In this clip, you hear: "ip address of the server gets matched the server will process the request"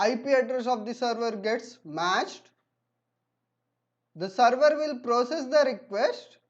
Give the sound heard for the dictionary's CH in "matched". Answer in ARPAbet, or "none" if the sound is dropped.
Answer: CH